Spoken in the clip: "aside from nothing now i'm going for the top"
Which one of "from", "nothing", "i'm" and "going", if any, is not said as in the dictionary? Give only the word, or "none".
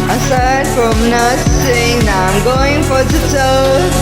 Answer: nothing